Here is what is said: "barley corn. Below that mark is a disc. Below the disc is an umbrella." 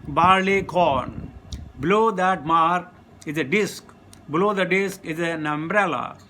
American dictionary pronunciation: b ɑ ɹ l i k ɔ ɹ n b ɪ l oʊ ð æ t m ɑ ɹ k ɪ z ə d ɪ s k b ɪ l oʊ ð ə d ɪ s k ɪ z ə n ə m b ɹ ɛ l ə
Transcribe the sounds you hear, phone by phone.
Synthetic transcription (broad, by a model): b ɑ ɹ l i k ɔ ɹ n b ɪ l oʊ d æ t m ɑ ɹ ɪ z ə d ɪ s k b ɪ l oʊ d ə d ɪ s k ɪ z ə n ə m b ɹ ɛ l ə